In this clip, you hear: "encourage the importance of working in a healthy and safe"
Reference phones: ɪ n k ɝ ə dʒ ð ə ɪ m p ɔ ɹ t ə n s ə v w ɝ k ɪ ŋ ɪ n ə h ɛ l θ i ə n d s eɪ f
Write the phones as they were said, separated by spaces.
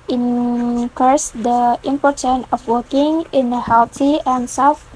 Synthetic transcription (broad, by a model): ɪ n k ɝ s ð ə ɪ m p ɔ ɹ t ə n ə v w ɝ k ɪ ŋ ɪ n ə h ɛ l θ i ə n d s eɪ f